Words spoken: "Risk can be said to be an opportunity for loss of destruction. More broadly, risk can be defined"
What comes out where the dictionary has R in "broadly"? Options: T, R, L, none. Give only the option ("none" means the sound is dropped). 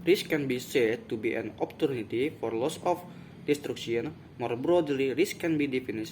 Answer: R